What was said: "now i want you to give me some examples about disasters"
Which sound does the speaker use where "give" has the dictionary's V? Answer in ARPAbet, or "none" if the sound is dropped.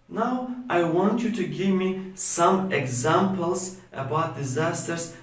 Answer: V